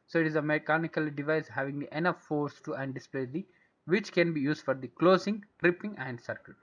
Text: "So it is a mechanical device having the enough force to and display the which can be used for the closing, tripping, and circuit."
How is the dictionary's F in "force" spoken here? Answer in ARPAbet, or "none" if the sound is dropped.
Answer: F